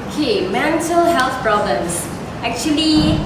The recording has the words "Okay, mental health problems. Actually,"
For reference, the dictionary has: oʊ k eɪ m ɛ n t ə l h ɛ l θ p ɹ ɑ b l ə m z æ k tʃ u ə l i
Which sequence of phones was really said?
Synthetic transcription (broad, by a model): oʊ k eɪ m ɛ n t ə l h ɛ l t p ɹ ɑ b l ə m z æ k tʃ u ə l i